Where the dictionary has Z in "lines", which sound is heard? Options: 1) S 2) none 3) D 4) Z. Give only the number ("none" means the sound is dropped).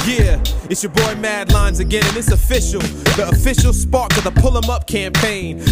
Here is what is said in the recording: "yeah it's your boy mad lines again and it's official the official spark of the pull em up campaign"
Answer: 4